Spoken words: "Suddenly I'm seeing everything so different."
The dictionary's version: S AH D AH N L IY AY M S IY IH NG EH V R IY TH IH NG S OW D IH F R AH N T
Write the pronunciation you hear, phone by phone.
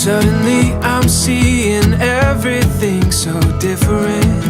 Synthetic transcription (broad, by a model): S AH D N L IY AY M S IY IH NG EH V R IY TH IH NG S OW D IH F R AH N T